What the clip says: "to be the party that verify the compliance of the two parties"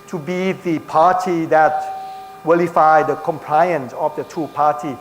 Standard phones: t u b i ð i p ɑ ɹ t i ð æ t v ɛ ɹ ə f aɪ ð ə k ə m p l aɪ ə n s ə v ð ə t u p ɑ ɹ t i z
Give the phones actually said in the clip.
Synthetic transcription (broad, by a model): t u b i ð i p ɑ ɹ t i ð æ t w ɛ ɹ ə f aɪ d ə k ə m p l aɪ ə n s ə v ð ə t u p ɑ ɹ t i